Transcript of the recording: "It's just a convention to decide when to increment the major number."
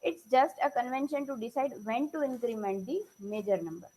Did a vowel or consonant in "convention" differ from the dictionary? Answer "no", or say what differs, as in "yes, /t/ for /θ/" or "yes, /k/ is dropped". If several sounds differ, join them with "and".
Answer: no